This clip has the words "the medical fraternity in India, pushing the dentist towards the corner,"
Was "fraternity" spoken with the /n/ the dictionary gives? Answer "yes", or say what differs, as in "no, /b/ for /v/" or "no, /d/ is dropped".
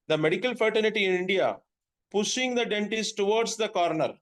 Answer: no, /l/ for /n/